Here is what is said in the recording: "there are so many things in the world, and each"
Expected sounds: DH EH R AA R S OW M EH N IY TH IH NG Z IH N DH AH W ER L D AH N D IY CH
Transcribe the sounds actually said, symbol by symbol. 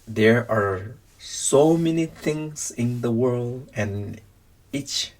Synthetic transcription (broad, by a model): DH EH R AA R S OW M EH N IY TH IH NG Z IH N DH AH W ER L D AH N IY CH